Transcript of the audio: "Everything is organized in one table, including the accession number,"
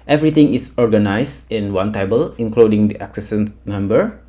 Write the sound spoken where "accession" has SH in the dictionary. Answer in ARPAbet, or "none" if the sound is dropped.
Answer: S